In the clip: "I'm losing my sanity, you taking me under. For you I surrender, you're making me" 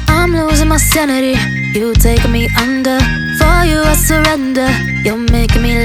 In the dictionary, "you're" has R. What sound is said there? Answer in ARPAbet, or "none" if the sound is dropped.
L